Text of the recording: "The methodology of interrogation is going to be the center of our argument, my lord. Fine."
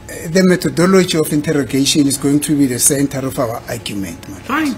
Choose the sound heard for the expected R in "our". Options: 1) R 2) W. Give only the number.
2